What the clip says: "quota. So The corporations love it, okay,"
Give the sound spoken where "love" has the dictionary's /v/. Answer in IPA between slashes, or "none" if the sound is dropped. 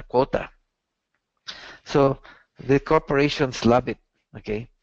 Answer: /b/